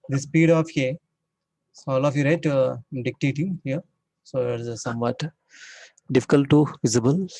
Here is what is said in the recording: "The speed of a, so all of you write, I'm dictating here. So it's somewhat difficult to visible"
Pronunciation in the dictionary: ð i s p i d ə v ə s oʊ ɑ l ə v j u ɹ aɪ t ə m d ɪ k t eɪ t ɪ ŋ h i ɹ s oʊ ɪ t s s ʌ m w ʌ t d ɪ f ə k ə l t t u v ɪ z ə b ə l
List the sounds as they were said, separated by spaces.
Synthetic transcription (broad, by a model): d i s p i d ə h ə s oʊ ɑ l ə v j u ɹ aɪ ə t d ɪ k t eɪ t ɪ ŋ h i ɹ s oʊ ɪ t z s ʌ m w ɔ t d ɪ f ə k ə l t t u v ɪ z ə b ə l